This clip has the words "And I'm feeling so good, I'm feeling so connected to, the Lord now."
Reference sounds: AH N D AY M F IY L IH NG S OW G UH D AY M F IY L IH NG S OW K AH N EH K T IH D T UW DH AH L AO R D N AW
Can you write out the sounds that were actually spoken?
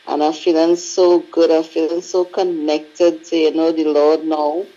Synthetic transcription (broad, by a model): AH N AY F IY L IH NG S OW G UH D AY F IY L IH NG S OW K AH N EH K T IH D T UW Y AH N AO L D N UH